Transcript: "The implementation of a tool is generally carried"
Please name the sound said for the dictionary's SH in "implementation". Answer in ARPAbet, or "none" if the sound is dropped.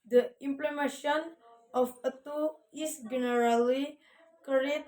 none